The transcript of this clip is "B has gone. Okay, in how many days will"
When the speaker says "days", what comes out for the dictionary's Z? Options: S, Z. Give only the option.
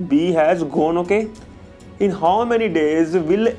Z